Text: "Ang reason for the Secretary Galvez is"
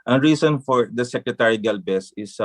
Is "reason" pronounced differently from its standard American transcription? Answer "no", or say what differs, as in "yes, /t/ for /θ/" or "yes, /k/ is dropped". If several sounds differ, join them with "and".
yes, /s/ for /z/